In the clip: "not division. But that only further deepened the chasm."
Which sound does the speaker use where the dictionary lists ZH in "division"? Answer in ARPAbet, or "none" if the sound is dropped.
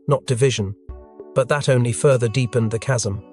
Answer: ZH